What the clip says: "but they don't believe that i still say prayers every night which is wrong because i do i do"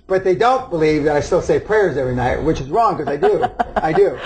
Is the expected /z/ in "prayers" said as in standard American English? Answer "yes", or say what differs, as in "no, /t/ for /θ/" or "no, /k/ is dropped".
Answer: yes